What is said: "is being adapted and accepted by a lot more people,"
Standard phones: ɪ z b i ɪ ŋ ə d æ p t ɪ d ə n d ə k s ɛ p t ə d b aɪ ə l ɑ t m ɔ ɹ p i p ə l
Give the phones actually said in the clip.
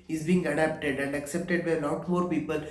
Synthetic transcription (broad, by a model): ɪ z b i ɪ ŋ ə d æ p t ɪ d ə n d ə k s ɛ p t ə d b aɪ ə n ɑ t m ɔ ɹ p i p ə l